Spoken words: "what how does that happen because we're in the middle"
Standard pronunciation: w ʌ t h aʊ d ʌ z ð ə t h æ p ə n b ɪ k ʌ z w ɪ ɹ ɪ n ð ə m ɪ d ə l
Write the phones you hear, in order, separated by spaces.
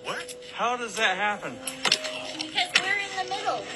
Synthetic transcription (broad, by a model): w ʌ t h aʊ d ʌ z ð ə t h æ p ə n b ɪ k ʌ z w ɪ ɹ ɪ n ð ə m ɪ d l